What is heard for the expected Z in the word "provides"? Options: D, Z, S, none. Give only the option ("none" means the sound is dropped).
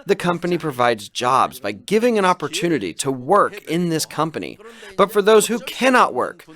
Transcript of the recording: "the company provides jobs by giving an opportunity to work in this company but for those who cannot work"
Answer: Z